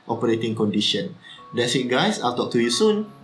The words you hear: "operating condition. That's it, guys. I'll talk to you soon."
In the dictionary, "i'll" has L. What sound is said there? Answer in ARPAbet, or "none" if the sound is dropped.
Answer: L